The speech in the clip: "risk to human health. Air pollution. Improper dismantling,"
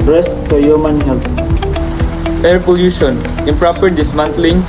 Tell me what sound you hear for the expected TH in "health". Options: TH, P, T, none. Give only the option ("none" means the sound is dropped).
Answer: T